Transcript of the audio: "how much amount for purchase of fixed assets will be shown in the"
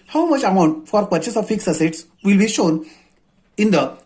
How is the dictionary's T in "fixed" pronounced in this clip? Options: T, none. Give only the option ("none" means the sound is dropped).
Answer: none